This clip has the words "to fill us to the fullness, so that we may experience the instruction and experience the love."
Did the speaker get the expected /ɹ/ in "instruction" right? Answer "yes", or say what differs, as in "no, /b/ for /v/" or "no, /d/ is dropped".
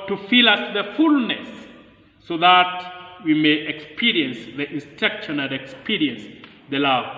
no, /ɹ/ is dropped